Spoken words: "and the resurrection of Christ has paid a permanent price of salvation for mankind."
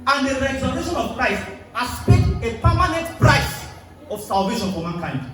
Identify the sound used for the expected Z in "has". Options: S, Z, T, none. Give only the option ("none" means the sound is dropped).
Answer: S